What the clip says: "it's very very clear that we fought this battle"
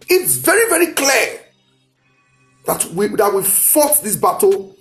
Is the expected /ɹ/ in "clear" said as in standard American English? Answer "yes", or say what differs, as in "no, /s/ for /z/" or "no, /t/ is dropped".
no, /w/ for /ɹ/